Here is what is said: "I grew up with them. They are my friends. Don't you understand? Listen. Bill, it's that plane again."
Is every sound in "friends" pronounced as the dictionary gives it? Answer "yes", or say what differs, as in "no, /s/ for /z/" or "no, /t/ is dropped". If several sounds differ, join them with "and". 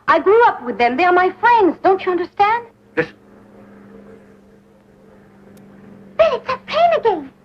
yes